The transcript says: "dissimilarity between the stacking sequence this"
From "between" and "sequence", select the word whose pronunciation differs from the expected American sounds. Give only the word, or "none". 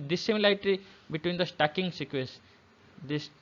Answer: sequence